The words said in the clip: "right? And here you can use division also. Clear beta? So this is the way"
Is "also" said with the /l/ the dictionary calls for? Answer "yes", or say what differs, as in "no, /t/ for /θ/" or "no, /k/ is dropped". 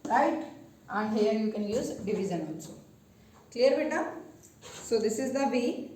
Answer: no, /n/ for /l/